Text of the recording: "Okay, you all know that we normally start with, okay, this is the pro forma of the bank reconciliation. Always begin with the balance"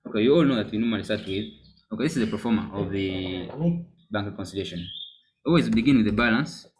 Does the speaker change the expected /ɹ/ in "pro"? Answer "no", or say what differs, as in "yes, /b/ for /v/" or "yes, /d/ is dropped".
yes, /ɹ/ is dropped